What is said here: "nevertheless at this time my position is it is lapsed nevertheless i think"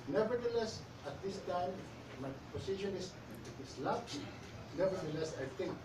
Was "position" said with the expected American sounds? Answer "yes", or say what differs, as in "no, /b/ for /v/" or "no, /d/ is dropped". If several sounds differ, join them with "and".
no, /s/ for /z/